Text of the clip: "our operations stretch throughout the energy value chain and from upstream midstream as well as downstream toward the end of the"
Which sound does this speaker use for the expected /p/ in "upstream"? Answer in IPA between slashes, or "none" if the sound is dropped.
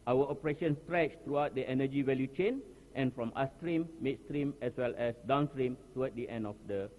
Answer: none